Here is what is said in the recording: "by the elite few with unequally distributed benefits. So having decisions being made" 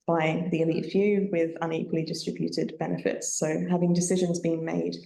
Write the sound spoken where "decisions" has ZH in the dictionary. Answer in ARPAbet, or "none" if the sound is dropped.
ZH